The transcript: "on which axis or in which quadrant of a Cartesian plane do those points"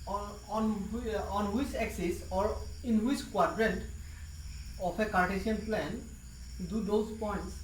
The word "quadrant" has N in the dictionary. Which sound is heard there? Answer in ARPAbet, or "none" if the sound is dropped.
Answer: N